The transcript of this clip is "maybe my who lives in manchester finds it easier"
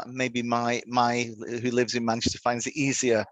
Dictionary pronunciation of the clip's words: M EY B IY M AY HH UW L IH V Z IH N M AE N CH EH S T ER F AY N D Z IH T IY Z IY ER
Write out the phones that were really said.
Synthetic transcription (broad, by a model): M EY B IY M AY HH UW L IH V Z IH N M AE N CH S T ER F AY N D Z IH T IY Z IY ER